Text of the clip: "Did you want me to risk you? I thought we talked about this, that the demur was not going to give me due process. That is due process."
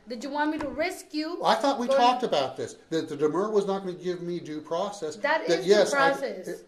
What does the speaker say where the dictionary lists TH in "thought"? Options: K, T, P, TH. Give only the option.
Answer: TH